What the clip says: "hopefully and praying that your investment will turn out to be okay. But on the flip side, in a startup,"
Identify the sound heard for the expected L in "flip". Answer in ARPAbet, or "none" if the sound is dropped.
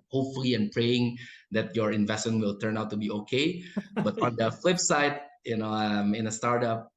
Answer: L